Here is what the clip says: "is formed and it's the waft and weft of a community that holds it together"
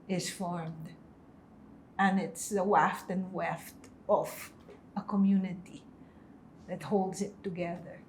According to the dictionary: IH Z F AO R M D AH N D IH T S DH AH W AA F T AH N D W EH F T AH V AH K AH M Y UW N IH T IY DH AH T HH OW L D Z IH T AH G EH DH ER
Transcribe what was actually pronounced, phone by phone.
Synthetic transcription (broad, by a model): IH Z F AO R M D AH N IH T S DH AH W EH F T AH N W EH F T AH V AH K AH M Y UW N IH T IY DH AH T HH OW L D Z IH T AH G EH DH ER